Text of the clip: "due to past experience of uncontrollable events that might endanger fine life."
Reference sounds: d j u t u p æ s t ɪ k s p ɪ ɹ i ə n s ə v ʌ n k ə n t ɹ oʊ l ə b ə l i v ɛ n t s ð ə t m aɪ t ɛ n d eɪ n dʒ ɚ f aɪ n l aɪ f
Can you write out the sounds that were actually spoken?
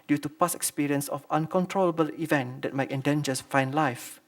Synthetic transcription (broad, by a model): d j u t u p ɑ s ɪ k s p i ɹ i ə n s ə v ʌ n k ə n t ɹ oʊ l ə b ə l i v ɛ n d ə t m aɪ t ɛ n d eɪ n dʒ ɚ f aɪ n l aɪ f